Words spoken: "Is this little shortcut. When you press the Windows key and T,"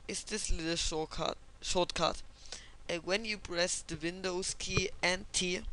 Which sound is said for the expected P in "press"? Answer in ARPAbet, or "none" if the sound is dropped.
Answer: B